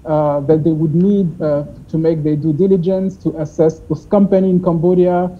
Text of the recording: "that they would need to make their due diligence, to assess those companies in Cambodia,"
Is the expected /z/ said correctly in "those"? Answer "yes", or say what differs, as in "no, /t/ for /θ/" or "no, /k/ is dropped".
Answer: no, /s/ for /z/